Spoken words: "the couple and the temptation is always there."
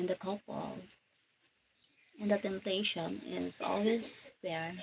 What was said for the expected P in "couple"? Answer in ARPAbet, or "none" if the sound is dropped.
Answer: B